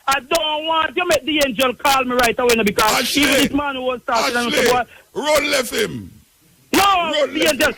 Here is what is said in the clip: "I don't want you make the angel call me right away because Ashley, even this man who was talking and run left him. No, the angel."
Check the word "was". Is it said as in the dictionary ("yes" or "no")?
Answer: no